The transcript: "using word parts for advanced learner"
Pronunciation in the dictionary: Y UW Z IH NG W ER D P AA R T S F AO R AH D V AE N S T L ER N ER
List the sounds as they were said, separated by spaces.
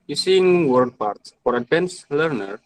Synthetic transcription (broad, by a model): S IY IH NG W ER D P AA R T S F AO R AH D EH N S L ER N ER